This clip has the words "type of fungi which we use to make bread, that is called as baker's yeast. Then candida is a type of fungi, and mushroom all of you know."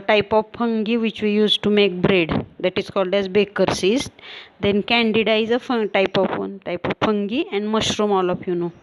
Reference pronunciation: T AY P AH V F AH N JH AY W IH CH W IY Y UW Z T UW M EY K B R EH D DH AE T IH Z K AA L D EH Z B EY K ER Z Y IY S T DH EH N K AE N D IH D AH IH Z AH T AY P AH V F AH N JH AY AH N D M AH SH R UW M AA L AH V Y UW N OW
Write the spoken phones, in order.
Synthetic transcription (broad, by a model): T AY P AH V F AH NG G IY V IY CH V IY Y UW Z T UW M EY K B R EH D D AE T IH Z K AA L D EH Z B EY K ER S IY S T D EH N K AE N D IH D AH IH Z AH T AY P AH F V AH N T AY AH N D M AH SH R UW M AA L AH F Y UW N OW